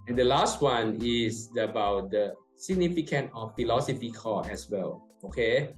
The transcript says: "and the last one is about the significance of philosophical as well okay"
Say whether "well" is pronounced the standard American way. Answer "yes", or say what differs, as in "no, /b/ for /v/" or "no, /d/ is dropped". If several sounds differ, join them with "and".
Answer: yes